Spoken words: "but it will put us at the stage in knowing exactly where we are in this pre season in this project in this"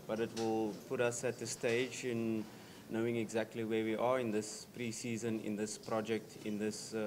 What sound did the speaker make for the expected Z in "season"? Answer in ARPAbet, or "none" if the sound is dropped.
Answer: Z